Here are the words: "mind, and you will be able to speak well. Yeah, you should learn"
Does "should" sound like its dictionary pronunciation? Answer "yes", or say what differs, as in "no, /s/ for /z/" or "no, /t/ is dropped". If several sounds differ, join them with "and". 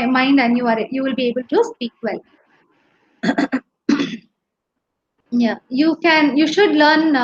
yes